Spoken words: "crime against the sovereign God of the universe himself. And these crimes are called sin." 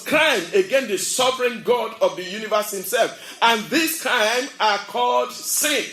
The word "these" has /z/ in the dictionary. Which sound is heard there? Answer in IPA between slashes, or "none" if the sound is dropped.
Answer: /s/